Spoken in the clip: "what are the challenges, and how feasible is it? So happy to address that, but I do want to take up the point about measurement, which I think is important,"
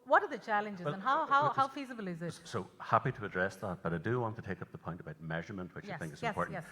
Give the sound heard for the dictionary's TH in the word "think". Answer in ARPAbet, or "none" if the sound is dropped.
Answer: TH